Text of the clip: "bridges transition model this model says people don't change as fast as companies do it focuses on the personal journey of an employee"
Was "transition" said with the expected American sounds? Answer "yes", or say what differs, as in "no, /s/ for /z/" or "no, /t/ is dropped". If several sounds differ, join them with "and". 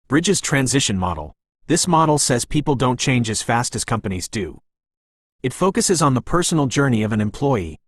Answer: yes